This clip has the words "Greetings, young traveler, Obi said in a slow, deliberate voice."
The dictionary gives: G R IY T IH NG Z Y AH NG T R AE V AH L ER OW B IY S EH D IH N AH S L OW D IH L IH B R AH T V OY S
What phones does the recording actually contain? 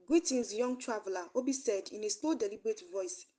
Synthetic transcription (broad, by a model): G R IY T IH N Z Y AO NG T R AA V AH L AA OW B IY S EH D IH N AH S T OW D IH L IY B R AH T V OY S